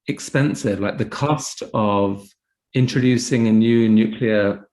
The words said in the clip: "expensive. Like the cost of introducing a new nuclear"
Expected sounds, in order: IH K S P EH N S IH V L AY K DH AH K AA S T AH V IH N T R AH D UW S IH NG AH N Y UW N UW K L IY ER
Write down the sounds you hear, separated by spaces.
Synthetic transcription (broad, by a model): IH K S P EH N S IH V L AY K DH AH K AA S T AH V IH N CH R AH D UW S IH NG AH N Y UW N UW K L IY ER